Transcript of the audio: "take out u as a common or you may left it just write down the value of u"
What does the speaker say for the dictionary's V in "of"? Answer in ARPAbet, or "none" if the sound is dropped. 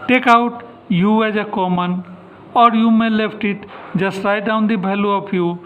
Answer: P